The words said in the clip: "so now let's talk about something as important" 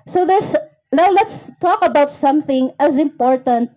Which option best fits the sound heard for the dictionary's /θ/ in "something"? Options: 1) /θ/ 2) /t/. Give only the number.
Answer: 1